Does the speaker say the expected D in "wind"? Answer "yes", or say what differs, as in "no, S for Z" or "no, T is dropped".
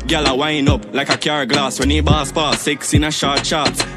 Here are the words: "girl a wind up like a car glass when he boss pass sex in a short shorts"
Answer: no, D is dropped